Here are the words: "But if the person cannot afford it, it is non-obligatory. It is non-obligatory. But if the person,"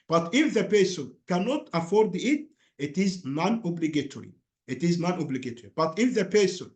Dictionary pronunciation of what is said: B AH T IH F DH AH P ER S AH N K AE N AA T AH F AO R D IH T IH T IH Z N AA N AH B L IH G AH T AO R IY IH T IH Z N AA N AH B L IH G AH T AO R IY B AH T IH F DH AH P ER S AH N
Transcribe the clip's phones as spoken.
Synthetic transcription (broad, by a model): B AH T IH F DH AH P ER S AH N K AE N AA T AH F AO R D IH T IH T IH Z N AA N AH B L IH G AH T AO R IY IH T IH Z N AA N AH B L IH G AH T AO R IY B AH T IH F DH AH P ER S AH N